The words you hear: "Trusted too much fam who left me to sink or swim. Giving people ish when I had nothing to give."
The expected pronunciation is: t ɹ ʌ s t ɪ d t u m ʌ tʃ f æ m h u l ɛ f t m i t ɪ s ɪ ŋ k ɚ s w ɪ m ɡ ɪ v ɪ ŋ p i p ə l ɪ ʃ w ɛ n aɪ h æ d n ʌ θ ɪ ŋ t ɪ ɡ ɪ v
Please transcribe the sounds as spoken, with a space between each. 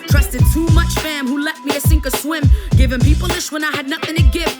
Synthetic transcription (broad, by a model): t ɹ ʌ s t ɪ d t u m ʌ tʃ f æ m h u l ɛ t m i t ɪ s ɪ ŋ k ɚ s w ɪ m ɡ ɪ v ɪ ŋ p i p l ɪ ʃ w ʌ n aɪ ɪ d n ʌ θ ɪ ŋ t ɪ ɡ ɪ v